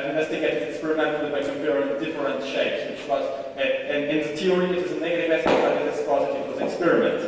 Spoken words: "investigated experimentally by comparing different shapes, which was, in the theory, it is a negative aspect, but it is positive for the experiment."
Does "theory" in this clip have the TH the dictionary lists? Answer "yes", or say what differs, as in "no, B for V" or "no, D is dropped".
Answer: no, T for TH